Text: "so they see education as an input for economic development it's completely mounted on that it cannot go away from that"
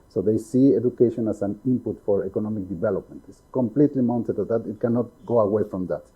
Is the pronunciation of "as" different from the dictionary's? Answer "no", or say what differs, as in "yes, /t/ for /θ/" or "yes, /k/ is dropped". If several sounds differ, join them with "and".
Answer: yes, /s/ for /z/